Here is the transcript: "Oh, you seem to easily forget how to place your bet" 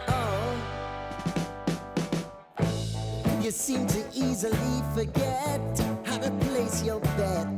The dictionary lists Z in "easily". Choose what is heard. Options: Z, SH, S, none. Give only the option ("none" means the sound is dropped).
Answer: Z